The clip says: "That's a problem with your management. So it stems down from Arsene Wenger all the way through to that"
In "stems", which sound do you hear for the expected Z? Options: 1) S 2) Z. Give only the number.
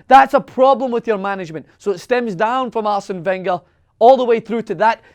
2